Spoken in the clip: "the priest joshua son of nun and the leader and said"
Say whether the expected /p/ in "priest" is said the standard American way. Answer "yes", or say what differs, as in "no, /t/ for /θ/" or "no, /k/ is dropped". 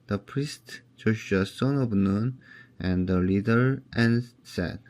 yes